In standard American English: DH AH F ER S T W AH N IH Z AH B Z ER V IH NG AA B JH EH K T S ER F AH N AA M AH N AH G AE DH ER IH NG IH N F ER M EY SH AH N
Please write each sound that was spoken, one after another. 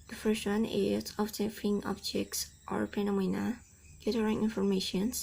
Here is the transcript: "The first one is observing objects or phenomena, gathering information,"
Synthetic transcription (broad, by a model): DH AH F ER S T W AH N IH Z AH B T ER F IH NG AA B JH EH K T S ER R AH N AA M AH N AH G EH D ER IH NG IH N F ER M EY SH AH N